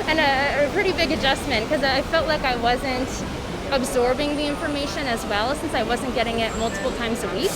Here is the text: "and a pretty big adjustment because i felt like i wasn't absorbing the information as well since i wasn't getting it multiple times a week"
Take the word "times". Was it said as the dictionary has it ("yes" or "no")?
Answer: yes